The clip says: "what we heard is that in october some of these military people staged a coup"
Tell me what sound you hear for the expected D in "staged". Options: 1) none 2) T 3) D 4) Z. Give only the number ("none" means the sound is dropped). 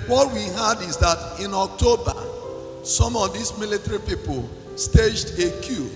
3